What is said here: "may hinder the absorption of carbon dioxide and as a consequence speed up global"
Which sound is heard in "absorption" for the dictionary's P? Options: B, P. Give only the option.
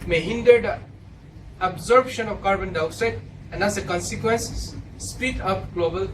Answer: B